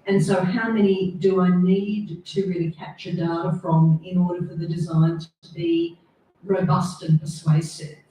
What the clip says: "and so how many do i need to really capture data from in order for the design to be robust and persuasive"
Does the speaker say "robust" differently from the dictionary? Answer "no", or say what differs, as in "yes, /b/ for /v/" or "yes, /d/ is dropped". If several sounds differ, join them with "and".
no